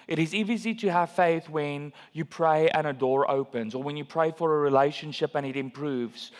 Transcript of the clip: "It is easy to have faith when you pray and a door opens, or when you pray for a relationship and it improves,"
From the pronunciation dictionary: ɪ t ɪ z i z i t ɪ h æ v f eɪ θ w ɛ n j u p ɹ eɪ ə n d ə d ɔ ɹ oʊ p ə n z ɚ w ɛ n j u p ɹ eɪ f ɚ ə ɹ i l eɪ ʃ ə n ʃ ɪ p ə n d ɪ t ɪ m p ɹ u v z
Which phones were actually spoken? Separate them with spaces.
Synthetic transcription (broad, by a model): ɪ t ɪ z i z i t ɪ h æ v f eɪ θ w ɛ n j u p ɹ eɪ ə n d ə d ɔ ɹ oʊ p ə n z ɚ w ɛ n j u p ɹ eɪ f ɚ ə ɹ i l eɪ ʃ ə n ʃ ɪ p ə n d ɪ t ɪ m p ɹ u v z